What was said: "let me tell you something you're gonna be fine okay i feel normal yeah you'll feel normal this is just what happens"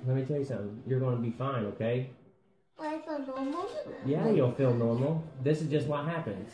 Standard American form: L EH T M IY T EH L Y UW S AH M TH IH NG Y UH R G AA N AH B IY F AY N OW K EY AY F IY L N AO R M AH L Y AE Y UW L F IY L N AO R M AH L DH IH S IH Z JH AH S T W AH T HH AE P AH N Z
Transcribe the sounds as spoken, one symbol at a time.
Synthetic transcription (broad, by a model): L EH T M IY T EH L Y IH S AH M TH IH NG Y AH R G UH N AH B IY F AY N OW K EY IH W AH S N AO R M L Y AE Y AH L F IY L N AO R M L DH IH S IH Z JH AH S T W AH T HH AE P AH N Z